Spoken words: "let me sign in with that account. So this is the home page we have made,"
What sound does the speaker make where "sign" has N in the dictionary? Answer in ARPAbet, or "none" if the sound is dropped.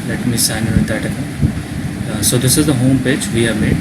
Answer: none